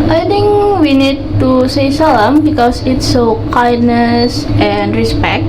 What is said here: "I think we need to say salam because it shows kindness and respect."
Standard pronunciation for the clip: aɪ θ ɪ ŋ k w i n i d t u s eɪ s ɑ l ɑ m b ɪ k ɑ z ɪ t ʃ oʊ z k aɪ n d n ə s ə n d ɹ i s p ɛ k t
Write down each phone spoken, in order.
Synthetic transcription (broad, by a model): aɪ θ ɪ ŋ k w i n i d t u s eɪ s ɑ l ɑ m b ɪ k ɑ s ɪ t s oʊ k aɪ d n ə s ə n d ɹ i s p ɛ k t